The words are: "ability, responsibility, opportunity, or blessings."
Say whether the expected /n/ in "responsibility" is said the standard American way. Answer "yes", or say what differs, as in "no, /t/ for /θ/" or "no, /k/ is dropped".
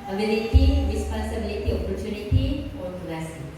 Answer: no, /n/ is dropped